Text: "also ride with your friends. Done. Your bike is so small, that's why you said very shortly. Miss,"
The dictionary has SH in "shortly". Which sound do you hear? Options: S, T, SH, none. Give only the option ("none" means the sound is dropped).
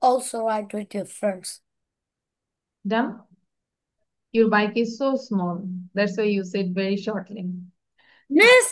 SH